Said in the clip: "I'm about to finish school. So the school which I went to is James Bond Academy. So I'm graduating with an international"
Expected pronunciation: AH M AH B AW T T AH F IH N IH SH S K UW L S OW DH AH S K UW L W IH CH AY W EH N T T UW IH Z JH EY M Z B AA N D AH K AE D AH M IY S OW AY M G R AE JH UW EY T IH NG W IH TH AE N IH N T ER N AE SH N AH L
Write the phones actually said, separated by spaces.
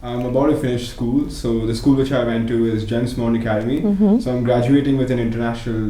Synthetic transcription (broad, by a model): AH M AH B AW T T AH F IH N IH SH S K UW L S OW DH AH S K UW L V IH CH AY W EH N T T UW IH Z JH EY M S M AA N AH K AE D AH M IY S OW AY M G R AE JH UW EY T IH NG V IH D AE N IH N T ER N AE SH N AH L